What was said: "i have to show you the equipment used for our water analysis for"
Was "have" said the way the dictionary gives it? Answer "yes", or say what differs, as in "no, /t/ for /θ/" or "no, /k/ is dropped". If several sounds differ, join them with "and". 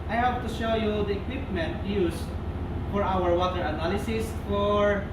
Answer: no, /p/ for /v/